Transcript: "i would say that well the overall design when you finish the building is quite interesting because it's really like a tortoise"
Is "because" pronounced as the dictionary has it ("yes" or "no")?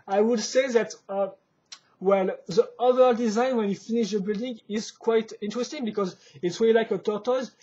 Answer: yes